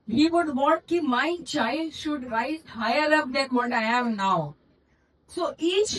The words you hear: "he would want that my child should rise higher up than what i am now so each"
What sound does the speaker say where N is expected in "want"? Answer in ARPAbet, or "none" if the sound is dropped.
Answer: none